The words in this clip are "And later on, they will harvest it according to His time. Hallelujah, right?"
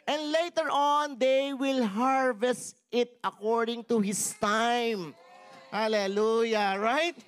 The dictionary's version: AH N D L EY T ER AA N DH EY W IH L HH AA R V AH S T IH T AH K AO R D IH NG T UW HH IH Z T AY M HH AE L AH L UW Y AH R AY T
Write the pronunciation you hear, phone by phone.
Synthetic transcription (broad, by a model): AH N D L EY T ER AA N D EY W IH L HH AA R V AH S T IH T AH K AO R D IH NG T UW HH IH S T AY M HH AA L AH L UW Y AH R AY T